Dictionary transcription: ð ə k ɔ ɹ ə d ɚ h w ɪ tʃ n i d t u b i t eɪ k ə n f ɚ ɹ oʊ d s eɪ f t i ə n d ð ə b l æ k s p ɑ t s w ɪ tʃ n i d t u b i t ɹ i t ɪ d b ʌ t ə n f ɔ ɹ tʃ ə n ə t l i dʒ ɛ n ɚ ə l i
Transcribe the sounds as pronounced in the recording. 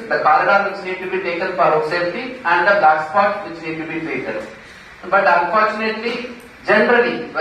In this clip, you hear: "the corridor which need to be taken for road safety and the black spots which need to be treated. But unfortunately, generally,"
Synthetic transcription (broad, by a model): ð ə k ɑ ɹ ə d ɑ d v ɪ tʃ n i d t u b i t eɪ k ə n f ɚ ɹ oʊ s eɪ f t i ə n d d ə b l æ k s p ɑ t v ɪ tʃ n i d t u b i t ɛ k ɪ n b ʌ t ə n f ɔ ɹ tʃ ə n ə t l i dʒ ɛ n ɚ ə l i